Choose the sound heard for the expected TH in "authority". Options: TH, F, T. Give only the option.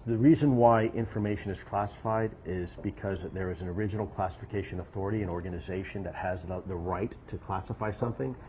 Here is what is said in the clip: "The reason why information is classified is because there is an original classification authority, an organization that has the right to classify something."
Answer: TH